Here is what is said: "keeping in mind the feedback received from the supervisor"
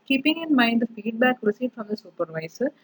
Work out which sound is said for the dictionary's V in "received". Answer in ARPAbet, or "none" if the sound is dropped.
none